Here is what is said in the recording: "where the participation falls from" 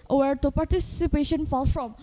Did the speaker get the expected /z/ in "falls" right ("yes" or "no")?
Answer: no